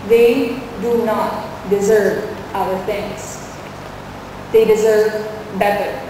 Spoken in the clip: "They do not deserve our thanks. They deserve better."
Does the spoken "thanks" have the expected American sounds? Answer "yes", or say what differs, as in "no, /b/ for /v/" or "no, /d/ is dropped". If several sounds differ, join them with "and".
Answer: no, /t/ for /θ/ and /k/ is dropped